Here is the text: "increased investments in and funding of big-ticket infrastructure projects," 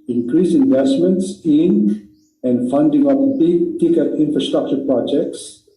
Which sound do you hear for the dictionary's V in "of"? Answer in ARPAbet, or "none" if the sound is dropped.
P